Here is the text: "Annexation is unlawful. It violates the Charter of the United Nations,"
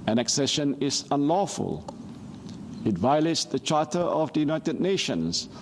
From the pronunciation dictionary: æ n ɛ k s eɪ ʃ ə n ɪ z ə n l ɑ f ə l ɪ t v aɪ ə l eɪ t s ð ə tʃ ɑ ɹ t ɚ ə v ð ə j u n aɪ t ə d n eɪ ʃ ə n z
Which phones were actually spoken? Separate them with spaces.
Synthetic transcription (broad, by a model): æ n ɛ k s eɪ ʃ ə n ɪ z ə n l ɑ f ə l ɪ t v aɪ ə l eɪ t s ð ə tʃ ɑ t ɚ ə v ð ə j u n aɪ t ə d n eɪ ʃ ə n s